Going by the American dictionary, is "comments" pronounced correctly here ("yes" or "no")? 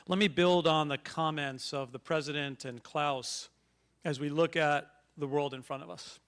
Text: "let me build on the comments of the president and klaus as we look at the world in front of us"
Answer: yes